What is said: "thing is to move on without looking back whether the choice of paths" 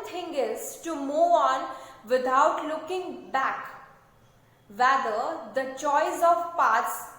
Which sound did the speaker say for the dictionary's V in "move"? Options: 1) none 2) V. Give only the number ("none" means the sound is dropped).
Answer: 1